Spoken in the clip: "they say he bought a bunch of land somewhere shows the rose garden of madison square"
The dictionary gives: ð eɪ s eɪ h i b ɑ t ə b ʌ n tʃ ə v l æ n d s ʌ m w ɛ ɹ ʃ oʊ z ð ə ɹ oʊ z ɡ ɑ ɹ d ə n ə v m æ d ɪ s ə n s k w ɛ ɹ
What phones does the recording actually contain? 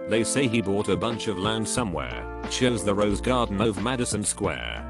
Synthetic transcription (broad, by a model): ð eɪ s eɪ i b ɑ t ə b ʌ n tʃ ə v l æ n d s ʌ m w ɛ ɹ ʃ oʊ z ð ə ɹ oʊ z ɡ ɑ ɹ d n ə v m æ d ɪ s ə n s k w ɛ ɹ